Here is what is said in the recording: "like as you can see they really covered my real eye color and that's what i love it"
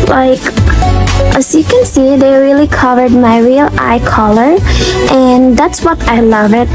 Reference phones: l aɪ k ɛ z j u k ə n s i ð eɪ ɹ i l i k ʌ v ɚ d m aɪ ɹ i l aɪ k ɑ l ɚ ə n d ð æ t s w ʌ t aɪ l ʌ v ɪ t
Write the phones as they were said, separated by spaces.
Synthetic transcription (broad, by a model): l aɪ k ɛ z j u k ə n s i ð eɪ ɹ i l i k ʌ v ɚ d m aɪ ɹ i l aɪ k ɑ l ɚ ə n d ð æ t s w ʌ t aɪ l ʌ v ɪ t